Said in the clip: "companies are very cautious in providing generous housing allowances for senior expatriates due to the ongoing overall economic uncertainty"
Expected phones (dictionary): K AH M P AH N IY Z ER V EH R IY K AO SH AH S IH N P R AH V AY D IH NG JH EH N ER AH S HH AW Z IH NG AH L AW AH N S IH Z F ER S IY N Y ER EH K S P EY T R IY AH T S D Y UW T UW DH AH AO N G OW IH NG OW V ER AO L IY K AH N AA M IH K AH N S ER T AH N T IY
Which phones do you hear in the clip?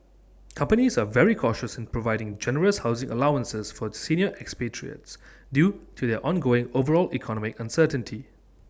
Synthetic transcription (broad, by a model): K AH M P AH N IY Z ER V EH R IY K AO SH AH S IH N P R AH V AY D IH NG JH EH N ER AH S HH AW Z IH NG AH L AW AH N S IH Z F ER S IY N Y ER EH K S P EY T R IY AH T S D Y UW T UW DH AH AO N G OW IH NG OW V ER AO L IY K AH N AA M IH K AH N S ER T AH N T IY